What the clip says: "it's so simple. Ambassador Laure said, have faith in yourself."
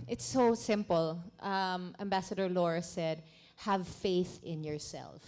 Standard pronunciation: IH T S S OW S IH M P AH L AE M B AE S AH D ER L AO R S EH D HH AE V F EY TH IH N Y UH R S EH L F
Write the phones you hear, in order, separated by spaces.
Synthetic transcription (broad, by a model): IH T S S OW S IH M P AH L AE M B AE S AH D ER L AO R S EH D HH AE V F EY TH IH N Y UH R S EH L F